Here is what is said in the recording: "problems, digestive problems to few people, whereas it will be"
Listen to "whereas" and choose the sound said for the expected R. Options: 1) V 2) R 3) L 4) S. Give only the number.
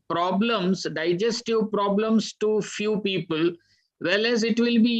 3